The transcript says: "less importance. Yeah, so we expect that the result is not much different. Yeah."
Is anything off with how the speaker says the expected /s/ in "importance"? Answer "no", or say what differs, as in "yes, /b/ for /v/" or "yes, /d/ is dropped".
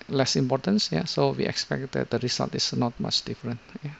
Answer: no